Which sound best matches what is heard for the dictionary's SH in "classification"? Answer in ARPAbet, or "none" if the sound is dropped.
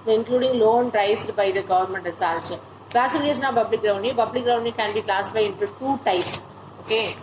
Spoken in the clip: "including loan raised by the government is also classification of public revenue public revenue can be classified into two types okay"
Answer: none